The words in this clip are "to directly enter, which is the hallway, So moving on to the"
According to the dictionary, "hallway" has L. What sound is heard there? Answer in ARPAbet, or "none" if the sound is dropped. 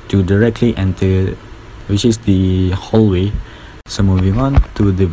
L